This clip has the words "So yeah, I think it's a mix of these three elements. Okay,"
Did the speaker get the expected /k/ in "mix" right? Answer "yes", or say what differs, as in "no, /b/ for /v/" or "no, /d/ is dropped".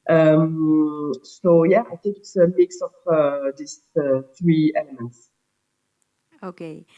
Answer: yes